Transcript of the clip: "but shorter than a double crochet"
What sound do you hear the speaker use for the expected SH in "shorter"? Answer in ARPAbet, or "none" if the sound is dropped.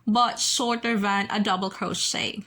S